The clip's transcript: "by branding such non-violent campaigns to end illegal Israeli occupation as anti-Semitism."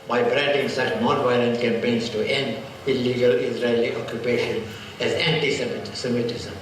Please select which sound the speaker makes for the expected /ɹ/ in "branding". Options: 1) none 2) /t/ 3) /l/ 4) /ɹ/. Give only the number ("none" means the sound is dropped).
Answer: 4